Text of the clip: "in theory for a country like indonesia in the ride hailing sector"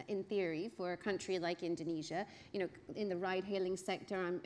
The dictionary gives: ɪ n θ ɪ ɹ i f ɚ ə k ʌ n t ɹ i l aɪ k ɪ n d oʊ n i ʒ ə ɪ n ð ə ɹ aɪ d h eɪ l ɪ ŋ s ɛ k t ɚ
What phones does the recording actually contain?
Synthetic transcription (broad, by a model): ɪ n θ ɪ ɹ i f ɚ ə k ʌ n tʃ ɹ i l aɪ k ɪ n d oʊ n i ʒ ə ɪ n ð ə ɹ aɪ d h eɪ l ɪ ŋ s ɛ k t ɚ